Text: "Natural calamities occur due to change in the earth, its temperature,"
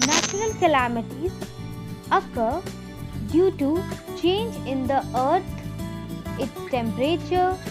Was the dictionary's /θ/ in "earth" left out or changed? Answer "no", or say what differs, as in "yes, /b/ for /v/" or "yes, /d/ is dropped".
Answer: yes, /t/ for /θ/